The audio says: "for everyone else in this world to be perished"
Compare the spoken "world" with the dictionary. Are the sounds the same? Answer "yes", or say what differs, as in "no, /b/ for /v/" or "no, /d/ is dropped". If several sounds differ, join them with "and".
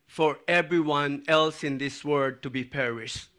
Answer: no, /l/ is dropped